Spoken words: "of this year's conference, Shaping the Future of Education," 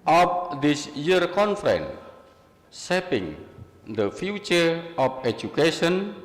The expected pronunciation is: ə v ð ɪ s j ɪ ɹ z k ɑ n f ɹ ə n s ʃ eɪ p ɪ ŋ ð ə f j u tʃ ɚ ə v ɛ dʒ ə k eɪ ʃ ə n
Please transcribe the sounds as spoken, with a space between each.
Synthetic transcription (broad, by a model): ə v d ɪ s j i ɹ k ɑ n f ɹ ə n s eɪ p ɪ ŋ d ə f j u tʃ ɚ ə f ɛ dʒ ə k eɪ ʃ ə n